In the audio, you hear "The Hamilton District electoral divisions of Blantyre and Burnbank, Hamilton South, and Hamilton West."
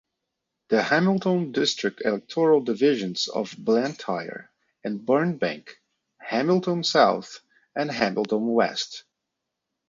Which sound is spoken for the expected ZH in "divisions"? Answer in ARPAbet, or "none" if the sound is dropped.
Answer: ZH